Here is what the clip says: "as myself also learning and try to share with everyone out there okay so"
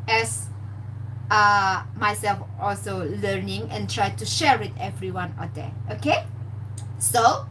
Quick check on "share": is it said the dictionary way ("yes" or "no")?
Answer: yes